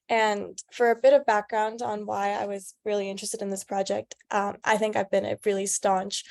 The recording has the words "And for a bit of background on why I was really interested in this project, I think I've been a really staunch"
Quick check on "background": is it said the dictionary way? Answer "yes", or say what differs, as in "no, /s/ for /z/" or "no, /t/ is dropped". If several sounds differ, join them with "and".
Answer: yes